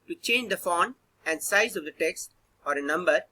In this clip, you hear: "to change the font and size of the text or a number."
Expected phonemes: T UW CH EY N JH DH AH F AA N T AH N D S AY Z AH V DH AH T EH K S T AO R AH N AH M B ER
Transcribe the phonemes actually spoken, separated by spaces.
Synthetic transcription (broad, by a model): T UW CH EY N JH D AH F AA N AH N D S AY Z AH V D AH T EH K S T AO R AH N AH M B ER